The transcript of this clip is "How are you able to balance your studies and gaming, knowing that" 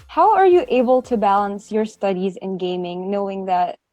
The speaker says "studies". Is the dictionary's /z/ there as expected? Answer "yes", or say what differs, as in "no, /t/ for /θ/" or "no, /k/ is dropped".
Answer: yes